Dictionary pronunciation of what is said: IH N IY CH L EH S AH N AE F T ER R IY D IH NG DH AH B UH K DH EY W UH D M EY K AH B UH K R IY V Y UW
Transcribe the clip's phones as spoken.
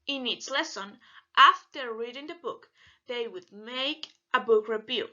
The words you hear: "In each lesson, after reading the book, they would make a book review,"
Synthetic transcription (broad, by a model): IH N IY S L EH S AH N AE F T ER R IY D IH NG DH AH B UH K DH EY W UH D M EY K AH B UH K R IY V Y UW